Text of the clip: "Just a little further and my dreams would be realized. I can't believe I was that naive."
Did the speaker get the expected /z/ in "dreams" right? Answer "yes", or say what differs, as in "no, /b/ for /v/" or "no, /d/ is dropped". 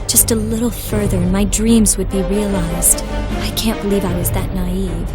yes